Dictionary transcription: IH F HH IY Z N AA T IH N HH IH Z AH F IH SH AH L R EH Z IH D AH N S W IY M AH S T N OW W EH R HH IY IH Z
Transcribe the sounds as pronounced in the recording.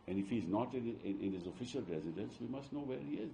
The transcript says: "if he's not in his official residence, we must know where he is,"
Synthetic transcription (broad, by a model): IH F HH IY Z N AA T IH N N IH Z AH F IH SH AH L R EH Z IH D AH N S W IY M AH S T N OW W EH R HH IY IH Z